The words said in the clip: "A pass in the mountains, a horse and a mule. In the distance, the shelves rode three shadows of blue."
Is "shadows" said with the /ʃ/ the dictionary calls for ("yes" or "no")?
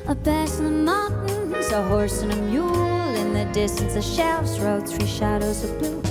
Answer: yes